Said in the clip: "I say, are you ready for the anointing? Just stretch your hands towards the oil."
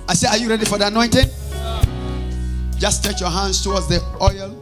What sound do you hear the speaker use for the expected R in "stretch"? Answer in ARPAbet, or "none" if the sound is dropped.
none